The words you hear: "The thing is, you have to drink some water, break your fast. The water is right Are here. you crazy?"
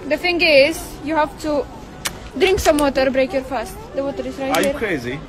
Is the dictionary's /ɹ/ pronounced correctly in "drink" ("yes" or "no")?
yes